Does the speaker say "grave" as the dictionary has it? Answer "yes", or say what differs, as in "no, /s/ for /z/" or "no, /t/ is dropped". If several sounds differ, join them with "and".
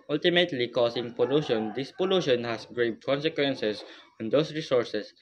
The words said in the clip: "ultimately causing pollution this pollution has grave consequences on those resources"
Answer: no, /b/ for /v/